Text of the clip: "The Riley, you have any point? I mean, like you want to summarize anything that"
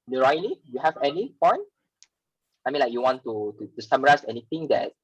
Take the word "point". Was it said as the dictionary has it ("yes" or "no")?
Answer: no